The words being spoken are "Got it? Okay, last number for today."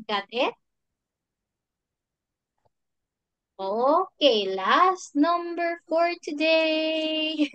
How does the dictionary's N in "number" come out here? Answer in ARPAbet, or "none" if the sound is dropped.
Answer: N